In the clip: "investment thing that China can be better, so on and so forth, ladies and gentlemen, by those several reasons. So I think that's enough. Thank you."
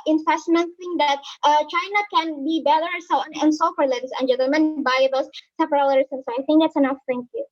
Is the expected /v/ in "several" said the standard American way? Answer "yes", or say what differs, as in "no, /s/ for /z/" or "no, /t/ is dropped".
no, /p/ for /v/